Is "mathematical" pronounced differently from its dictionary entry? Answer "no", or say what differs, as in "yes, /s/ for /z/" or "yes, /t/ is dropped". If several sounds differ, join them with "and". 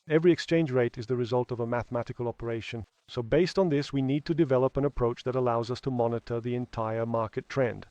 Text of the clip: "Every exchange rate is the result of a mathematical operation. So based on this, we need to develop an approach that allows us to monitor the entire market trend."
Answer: no